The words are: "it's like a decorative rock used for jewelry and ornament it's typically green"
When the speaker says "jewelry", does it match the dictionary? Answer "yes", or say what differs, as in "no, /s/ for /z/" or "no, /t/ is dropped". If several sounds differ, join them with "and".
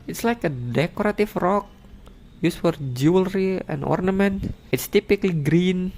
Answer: yes